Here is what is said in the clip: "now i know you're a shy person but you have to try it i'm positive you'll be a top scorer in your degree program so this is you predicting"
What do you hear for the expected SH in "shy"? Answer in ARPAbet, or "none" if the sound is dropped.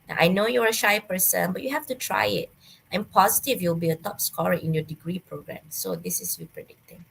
SH